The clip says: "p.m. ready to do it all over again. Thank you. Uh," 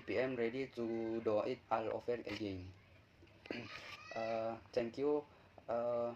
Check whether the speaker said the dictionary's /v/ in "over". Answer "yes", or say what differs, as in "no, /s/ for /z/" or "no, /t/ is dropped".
no, /f/ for /v/